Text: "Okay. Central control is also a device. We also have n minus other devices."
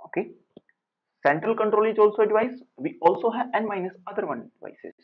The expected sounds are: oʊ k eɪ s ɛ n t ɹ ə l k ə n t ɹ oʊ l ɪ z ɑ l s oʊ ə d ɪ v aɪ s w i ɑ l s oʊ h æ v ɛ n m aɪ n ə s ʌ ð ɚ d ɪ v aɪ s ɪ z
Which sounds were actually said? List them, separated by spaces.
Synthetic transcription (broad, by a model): oʊ k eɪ s ɛ n t ɹ ə l k ə n t ɹ oʊ l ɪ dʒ ɑ l s oʊ ə d ɪ v aɪ s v i ɑ l s oʊ h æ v ɛ n m aɪ n ə s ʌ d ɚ d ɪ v aɪ s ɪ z